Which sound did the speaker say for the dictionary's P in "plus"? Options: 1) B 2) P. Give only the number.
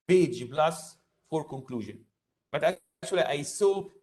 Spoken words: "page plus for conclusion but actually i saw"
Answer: 1